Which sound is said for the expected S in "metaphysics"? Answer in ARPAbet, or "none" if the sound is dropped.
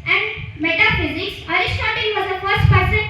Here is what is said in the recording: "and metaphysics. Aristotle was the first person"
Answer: S